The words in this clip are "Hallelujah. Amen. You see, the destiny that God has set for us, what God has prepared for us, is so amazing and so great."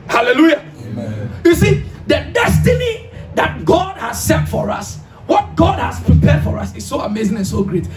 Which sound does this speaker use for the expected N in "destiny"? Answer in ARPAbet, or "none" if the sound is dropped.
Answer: N